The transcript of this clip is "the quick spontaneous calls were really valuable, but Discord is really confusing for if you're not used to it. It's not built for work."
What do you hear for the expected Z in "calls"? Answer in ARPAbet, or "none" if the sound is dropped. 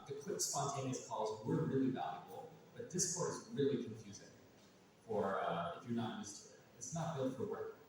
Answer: Z